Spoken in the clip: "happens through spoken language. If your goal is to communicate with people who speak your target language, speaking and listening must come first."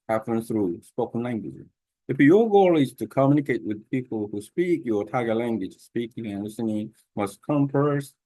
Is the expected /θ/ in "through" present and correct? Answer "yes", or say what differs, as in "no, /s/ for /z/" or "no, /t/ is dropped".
yes